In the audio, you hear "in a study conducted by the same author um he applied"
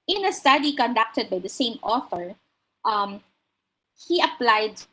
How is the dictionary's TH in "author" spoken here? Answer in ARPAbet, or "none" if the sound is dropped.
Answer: F